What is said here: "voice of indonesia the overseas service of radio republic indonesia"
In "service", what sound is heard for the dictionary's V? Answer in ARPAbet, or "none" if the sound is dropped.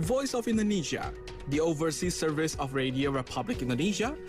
V